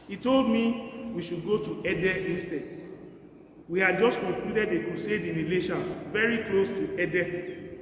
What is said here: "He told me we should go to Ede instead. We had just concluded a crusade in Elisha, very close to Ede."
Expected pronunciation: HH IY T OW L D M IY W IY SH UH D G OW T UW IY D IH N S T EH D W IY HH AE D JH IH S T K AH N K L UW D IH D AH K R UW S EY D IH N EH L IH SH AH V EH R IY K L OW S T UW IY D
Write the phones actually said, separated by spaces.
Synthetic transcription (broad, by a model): HH IY T OW L D M IY W IY SH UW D G OW T UW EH D IH N S T EH D W IY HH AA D JH IH S T K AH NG K L UW D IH D AH K UW S EY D IH N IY L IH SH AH V EH R IY K L OW S T UW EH D